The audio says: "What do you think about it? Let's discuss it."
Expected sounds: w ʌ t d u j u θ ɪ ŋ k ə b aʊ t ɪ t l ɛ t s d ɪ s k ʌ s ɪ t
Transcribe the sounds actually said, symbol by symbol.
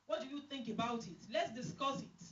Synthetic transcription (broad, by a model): w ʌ t d u j u θ ɪ ŋ k ə b aʊ t ɪ t l ɛ t s d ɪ s k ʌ s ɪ t